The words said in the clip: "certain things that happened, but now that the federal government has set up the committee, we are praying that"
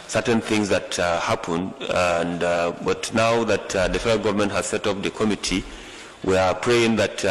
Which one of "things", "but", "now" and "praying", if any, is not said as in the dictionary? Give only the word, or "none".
none